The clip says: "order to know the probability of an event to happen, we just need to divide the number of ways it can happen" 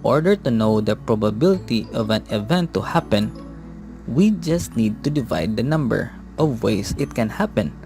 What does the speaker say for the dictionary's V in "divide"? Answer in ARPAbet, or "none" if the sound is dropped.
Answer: V